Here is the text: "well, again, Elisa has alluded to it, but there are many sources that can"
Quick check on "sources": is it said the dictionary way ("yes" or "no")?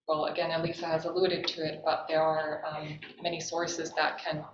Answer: yes